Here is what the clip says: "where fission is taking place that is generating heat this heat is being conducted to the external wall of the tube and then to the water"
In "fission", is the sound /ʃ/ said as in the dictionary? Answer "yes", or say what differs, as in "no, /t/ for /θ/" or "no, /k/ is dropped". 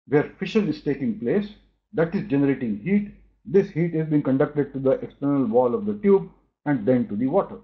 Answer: yes